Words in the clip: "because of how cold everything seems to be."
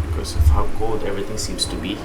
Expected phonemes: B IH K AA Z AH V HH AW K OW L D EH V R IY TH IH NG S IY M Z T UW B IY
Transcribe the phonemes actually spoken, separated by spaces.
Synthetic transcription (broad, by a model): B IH K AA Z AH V HH AW K OW L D EH V R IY T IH NG S IY M S T UW B IY